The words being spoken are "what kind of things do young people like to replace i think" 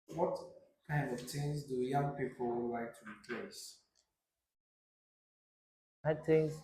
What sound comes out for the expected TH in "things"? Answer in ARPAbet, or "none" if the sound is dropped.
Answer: T